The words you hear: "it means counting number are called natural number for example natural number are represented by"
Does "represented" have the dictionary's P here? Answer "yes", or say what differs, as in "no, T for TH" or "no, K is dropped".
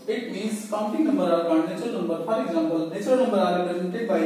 no, P is dropped